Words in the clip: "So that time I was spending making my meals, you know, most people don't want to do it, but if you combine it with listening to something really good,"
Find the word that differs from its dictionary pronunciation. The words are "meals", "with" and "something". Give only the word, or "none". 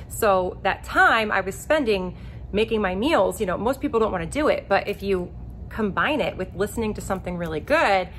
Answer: none